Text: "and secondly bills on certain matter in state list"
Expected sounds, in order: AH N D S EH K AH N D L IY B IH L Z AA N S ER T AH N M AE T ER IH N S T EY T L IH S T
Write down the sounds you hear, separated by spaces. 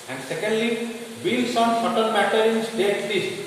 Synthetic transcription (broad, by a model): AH N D S EH K AH N D L IY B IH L S AA N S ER T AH L M AE T ER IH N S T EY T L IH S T